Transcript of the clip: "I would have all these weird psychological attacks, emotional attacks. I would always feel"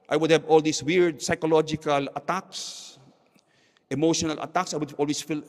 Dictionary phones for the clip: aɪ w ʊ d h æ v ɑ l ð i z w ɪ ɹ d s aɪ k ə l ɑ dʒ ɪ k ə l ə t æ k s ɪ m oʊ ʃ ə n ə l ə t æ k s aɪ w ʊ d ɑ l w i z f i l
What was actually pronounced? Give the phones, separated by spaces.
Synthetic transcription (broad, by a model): aɪ w ʊ d h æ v ɑ l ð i s w ɪ ɹ d s aɪ k ə l ɑ dʒ ɪ k ə l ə t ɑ k s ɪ m oʊ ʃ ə n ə l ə t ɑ k s aɪ w ʊ d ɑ l w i s f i l